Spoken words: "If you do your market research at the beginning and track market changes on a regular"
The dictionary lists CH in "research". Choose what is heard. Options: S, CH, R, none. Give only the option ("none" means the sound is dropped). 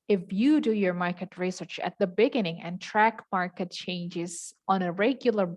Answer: CH